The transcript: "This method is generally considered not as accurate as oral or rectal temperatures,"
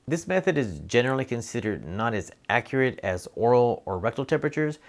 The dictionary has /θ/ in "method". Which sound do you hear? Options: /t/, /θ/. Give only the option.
/θ/